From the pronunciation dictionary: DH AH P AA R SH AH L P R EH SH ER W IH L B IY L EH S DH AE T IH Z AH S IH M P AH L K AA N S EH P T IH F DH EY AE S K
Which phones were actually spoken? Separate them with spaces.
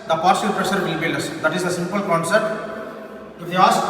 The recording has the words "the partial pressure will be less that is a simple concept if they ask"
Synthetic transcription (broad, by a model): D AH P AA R S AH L P R EH SH ER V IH L B IY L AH S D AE T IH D AH S IH M P AH L K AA N S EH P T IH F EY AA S